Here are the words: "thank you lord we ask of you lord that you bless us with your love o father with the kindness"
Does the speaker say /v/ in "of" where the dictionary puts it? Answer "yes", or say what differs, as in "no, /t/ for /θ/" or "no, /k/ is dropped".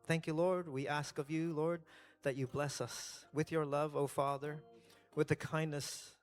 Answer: yes